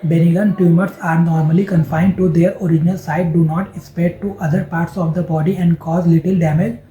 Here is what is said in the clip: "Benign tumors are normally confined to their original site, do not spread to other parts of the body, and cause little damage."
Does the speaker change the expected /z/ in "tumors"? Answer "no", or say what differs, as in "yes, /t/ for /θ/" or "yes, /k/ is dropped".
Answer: yes, /s/ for /z/